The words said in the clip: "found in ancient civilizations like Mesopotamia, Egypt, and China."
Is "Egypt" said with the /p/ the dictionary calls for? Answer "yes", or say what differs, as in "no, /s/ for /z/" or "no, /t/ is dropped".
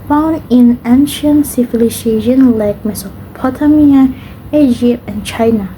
yes